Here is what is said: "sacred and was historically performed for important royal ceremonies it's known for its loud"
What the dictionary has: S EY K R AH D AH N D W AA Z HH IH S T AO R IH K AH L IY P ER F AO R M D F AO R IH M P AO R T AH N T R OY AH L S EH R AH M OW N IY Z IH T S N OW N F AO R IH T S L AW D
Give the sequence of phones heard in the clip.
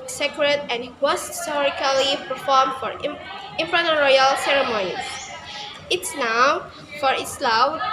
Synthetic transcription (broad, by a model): S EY K R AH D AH N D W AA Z HH IH S T AO R IH K AH L IY P ER F AO R M D F AO R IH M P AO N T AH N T R OY AH L S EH R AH M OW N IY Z IH T S N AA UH F AO R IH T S L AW